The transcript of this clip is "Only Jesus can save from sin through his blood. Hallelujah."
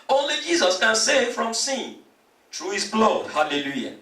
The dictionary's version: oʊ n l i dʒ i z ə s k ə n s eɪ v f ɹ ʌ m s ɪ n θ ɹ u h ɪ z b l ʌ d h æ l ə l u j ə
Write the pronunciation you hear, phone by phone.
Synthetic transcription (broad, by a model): oʊ n l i dʒ i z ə s k ə n s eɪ f ɹ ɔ m s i n t ɹ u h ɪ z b l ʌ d h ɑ l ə l u j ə